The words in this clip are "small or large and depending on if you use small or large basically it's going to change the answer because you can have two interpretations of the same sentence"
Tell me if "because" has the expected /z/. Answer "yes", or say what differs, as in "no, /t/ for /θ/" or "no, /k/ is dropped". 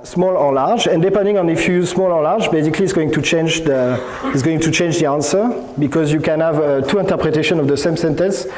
yes